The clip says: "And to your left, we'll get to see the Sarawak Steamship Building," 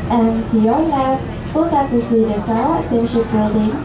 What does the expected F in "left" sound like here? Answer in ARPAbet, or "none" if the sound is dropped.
none